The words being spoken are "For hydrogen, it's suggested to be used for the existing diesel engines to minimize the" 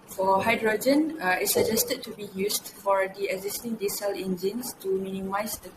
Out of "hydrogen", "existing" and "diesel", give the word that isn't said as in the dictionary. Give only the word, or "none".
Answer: none